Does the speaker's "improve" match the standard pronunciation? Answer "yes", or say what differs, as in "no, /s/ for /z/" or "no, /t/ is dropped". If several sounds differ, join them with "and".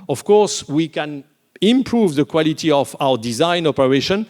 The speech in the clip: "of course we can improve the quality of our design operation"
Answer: yes